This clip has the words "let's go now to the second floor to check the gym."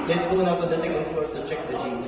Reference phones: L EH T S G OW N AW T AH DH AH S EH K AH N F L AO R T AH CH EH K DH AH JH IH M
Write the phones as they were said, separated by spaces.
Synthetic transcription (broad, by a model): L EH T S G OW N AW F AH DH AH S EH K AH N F AO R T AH CH EH K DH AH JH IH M